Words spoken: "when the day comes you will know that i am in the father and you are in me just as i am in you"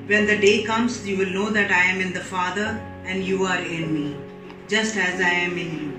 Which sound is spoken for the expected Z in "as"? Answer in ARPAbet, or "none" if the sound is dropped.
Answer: Z